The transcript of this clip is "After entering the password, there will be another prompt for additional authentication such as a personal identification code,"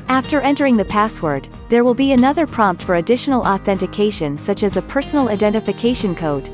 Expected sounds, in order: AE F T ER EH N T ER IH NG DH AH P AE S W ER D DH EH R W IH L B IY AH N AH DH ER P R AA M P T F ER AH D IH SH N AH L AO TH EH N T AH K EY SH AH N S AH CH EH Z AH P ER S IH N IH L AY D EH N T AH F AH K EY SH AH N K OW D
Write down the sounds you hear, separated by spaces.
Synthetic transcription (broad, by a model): AE F T ER EH N T ER IH NG DH AH P AE S W ER D DH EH R W IH L B IY AH N AH DH ER P R AA M P T F ER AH D IH SH N L AO TH EH N T AH K EY SH AH N S AH CH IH Z AH P ER S N L AY D EH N T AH F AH K EY SH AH N K OW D